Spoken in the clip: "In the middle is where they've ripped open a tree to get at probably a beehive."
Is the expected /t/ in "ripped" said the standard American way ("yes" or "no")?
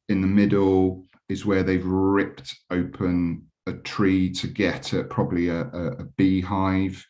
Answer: yes